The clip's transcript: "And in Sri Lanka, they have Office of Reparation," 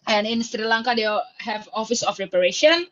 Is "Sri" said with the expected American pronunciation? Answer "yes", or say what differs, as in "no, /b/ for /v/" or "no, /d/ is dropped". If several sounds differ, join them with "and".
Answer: yes